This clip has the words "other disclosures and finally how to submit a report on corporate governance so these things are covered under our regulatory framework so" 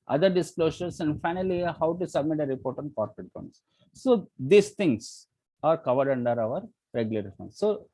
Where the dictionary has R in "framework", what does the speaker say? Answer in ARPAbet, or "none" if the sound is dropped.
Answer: none